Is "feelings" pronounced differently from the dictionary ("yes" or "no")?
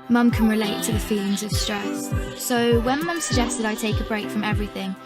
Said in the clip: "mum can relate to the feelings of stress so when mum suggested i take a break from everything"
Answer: no